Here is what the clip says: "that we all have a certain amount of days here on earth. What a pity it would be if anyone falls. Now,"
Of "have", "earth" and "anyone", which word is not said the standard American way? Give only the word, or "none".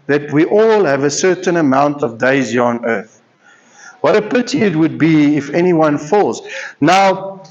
none